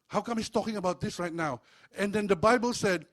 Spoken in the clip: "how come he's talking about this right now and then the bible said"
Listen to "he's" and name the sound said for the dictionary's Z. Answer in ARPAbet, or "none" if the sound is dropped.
S